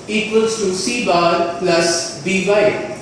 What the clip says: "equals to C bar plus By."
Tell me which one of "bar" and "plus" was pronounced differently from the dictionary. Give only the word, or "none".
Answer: none